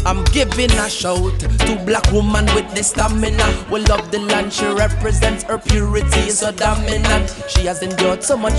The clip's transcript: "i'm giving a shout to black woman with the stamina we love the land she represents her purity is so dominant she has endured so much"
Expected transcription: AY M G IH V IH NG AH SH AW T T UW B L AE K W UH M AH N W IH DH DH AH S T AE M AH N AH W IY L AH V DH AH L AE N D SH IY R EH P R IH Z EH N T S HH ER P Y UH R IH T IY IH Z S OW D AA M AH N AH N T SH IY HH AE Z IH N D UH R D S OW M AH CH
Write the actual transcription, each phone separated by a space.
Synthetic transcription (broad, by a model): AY M G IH V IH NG AH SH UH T T UW B L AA K W UH M AH N W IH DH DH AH S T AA M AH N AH W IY L AH V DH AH L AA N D SH IY R EH P R IH Z EH N T S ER P Y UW R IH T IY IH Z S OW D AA M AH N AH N SH IY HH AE Z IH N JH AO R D S OW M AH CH